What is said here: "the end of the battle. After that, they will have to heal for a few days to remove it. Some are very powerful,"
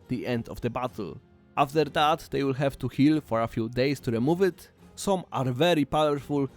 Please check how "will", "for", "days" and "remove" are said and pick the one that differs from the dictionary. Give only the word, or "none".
days